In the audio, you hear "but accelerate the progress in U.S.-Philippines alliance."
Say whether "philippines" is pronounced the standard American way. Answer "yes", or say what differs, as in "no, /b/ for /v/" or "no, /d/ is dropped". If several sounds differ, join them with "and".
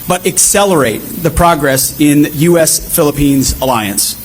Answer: yes